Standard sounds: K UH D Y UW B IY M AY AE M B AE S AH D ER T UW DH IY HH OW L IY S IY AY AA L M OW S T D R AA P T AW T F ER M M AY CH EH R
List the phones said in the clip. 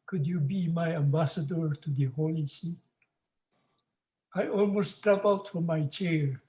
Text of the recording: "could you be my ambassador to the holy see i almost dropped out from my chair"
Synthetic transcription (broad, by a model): K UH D Y UW B IY M AY AE M B AE S AH D ER T UW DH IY HH OW L IY S IY AY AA L M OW S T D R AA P AW T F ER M M AY CH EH R